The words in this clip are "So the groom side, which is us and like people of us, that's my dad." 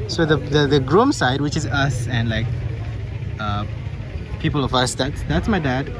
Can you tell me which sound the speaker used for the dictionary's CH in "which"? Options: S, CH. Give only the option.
CH